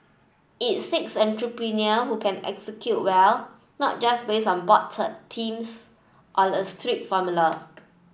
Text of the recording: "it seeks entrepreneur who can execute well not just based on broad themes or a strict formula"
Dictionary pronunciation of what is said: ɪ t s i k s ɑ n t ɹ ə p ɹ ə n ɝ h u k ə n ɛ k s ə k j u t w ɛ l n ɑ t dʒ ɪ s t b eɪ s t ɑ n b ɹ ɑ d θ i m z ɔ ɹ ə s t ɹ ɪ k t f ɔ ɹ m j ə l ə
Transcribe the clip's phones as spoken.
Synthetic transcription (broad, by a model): ɪ t s i k s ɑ n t ɹ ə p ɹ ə n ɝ h u k ə n ɛ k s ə k j u t w ɛ l n ɑ t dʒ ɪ s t b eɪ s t ɑ n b ɑ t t i m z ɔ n ə s t ɹ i t f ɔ m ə l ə